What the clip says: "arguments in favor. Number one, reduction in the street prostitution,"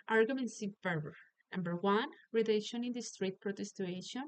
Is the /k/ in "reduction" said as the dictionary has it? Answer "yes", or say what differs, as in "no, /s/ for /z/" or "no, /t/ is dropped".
no, /k/ is dropped